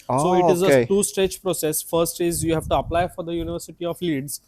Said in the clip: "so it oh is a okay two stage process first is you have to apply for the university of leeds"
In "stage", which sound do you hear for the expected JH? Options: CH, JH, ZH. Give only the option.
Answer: CH